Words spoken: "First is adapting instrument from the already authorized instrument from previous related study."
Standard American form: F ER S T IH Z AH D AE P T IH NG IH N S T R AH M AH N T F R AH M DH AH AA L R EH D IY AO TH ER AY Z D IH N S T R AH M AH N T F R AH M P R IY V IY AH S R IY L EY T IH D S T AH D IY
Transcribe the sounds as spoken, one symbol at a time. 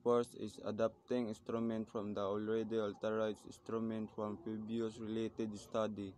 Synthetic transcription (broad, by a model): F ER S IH S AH D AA P T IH NG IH N S T R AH M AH N T F R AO M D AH AA L R EH D IY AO T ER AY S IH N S T R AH M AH N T F R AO M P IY B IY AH S R IY L EY T IH D S T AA D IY